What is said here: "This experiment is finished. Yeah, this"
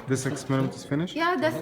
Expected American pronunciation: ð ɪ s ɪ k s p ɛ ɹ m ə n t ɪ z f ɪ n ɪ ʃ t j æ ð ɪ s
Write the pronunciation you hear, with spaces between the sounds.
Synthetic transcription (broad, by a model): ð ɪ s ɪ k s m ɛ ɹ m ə t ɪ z f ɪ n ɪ ʃ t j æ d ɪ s